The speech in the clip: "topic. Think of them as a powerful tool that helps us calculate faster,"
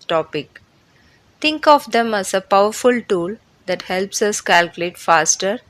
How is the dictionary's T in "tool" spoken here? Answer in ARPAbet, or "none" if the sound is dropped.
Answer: T